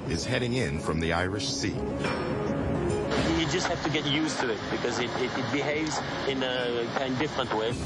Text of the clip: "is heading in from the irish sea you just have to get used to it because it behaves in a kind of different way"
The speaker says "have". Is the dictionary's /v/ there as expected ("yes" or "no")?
no